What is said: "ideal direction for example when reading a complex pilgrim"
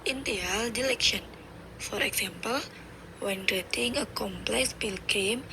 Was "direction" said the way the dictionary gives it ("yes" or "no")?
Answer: no